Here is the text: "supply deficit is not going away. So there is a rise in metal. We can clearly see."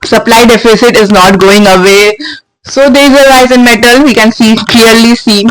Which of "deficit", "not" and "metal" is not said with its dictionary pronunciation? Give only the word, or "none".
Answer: none